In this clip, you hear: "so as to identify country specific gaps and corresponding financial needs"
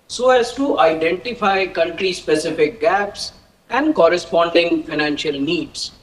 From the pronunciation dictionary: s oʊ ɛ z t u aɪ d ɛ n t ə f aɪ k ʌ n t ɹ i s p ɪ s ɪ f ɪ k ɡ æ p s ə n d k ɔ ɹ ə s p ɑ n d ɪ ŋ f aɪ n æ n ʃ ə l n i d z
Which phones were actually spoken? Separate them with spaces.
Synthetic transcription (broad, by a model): s oʊ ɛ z t u aɪ d ɛ n t ə f aɪ k ʌ n t ɹ i s p ɪ s ɪ f ɪ k ɡ æ p s ə n d k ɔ ɹ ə s p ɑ n d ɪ ŋ f aɪ n æ n ʃ ə l n i d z